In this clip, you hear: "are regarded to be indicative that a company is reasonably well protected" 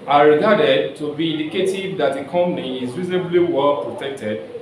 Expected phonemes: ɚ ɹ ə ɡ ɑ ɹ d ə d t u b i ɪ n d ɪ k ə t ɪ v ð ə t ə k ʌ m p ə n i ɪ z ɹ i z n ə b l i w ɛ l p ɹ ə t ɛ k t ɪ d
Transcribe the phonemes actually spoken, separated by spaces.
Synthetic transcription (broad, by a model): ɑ ɹ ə ɡ ɑ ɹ d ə d t u b i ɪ n d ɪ k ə t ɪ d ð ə t ə k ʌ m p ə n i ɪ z ɹ i z n ə b l i w ɛ l p ɹ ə t ɛ k t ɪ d